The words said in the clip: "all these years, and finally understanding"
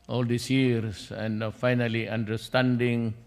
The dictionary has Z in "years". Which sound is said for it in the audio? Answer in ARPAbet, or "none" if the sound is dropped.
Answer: S